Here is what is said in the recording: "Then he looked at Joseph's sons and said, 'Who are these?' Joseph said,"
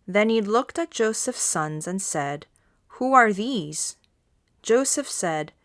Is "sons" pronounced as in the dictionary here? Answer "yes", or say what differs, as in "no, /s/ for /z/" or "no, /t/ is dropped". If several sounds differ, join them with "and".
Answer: yes